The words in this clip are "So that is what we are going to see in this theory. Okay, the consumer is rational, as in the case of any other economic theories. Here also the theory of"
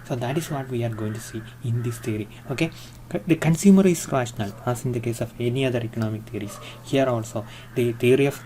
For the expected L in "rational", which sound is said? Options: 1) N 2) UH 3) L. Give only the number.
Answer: 3